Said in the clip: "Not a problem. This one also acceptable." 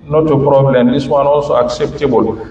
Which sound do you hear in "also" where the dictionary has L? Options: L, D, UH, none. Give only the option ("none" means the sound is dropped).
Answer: L